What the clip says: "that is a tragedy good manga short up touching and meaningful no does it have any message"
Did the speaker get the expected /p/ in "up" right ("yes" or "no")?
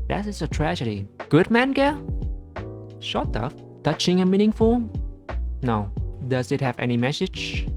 no